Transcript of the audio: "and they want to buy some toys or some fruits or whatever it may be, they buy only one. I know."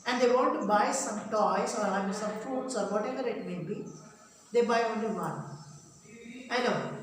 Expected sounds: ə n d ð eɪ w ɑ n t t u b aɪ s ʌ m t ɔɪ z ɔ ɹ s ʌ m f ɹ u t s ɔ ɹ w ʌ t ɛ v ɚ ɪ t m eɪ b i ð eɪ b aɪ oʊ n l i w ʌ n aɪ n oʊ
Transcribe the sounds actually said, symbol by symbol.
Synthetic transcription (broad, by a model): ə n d eɪ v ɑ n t t u b aɪ s ʌ m t ɔɪ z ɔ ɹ s ʌ m f u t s ɔ ɹ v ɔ t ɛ v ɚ ɪ t m eɪ b i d eɪ b aɪ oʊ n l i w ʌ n aɪ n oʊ